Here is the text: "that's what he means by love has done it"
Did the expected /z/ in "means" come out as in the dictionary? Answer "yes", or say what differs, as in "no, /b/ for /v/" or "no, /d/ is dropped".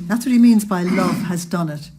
yes